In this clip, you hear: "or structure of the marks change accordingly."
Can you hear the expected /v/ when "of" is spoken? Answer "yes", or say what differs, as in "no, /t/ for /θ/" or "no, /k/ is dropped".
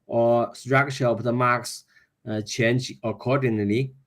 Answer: no, /p/ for /v/